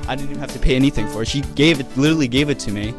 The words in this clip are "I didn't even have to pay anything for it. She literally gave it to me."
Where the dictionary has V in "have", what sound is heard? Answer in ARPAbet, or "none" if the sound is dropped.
F